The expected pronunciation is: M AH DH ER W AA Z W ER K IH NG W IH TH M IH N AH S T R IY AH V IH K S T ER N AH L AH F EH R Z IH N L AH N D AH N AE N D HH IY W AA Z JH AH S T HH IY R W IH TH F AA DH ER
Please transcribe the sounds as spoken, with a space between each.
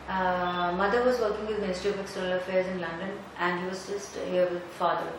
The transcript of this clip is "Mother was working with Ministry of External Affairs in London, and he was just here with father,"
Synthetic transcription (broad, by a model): M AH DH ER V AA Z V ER K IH NG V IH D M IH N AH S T IY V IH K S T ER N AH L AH F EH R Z IH N L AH N D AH N AE N D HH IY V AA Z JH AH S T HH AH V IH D F AA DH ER